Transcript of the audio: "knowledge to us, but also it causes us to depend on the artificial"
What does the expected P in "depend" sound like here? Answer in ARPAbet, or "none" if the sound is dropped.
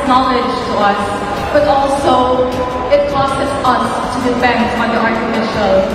F